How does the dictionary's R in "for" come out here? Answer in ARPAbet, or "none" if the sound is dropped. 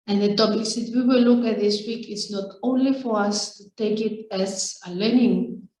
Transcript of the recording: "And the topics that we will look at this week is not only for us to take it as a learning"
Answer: R